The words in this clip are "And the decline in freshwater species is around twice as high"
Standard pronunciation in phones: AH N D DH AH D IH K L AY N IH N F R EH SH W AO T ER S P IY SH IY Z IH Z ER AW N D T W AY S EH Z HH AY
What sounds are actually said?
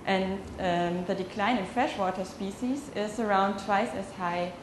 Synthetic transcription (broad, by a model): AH N DH AH D IH K L AY N IH N F R EH SH W AO T ER S P IY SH IY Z IH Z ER AW N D T W AY S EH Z HH AY